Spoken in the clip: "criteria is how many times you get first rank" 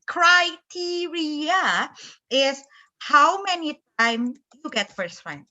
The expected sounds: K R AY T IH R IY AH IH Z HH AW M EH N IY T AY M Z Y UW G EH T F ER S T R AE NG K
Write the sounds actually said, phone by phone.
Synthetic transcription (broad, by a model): K R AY T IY R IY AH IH S HH AW M EH N IY T AY M Y UW G EH T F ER S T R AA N